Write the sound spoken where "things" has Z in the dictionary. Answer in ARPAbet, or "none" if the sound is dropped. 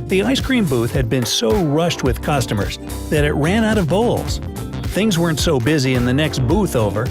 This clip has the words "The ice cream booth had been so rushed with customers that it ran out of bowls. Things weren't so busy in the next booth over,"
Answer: Z